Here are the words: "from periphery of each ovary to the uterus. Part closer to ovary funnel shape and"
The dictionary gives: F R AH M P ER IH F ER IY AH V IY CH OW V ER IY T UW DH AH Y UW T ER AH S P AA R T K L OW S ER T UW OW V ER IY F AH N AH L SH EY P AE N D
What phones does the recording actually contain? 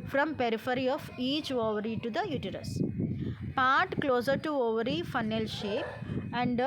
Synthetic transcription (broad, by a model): F R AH M P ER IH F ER IY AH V IY CH OW V ER IY T UW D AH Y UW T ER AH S P AA R T K L OW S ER T UW OW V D IY F AH N AH L SH EY P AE N D